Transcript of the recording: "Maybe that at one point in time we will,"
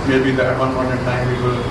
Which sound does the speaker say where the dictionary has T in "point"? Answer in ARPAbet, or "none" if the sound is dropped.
none